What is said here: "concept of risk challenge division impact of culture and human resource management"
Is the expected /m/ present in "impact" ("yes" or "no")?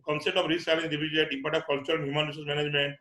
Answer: no